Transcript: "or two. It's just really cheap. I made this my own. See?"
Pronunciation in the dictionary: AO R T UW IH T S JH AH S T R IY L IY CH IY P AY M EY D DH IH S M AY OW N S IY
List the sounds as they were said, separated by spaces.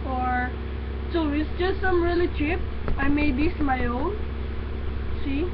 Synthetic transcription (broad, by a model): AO R S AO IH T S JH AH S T R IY L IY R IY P AY M EY D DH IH S M AY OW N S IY